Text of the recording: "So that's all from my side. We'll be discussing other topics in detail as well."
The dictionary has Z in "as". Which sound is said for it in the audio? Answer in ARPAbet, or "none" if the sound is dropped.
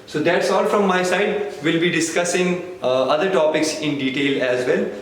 Z